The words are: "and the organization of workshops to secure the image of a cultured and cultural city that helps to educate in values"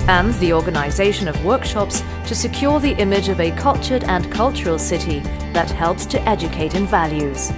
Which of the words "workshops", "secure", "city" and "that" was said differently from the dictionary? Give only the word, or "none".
none